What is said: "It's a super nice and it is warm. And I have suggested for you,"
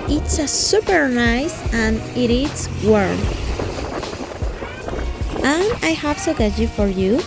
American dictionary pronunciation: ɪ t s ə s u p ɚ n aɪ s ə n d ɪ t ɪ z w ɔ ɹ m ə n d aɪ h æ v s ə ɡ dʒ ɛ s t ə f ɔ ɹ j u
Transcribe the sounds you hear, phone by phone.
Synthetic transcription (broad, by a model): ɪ t s ə s u p ɚ n aɪ s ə n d ɪ t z w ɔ ɹ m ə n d aɪ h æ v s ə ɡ ɛ t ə f ɔ ɹ j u